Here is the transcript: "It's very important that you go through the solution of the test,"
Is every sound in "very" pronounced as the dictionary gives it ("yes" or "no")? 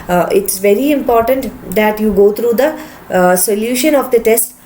yes